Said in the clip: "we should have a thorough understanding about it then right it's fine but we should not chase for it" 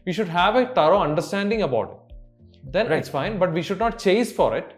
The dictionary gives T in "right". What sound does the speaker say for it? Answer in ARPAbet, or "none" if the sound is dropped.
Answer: none